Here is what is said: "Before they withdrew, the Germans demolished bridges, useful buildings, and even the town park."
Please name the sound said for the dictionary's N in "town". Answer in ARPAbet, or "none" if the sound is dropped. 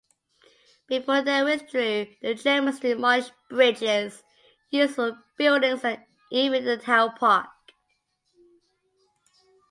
L